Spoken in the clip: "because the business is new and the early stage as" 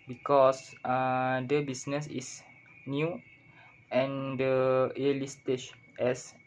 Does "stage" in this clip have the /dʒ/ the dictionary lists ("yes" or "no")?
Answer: no